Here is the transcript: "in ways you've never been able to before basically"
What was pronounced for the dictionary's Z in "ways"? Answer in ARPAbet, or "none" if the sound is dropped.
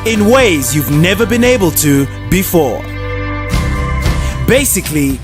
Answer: Z